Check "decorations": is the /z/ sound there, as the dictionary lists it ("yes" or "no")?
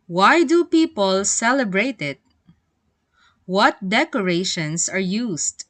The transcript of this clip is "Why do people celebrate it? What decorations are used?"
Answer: no